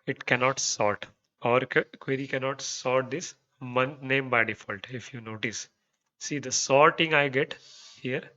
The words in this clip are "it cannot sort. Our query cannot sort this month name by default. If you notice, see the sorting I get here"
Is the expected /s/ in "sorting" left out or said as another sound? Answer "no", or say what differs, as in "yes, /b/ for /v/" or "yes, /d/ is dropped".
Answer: no